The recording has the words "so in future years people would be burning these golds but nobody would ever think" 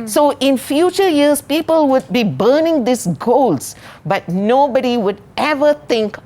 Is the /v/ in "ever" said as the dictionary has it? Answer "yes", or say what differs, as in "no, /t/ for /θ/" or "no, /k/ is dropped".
yes